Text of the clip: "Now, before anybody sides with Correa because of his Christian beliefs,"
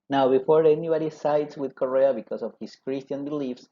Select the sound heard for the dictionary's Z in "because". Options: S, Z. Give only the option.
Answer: S